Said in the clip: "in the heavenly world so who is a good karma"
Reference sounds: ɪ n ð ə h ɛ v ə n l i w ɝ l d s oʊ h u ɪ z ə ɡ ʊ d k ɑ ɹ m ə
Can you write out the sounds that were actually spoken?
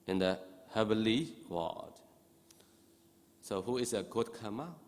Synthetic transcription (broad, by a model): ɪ n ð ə h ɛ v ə l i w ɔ d s oʊ h u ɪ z ə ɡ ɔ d k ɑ m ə